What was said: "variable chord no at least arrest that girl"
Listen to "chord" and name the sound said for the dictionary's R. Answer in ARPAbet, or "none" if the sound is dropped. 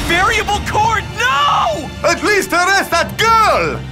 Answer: R